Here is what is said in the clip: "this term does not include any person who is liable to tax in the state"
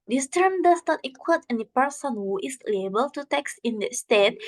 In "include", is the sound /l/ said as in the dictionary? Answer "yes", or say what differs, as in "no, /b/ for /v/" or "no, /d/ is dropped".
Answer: no, /w/ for /l/